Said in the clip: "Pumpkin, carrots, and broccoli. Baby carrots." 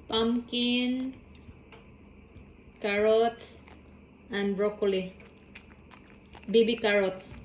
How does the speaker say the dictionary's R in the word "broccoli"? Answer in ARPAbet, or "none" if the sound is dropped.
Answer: R